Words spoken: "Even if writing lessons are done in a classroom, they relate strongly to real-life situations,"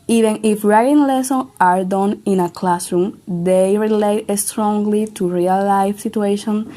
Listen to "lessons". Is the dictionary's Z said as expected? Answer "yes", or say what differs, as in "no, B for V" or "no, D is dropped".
no, Z is dropped